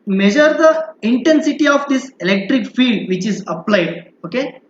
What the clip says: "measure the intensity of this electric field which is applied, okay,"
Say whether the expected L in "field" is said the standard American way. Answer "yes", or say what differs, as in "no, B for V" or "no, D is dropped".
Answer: no, L is dropped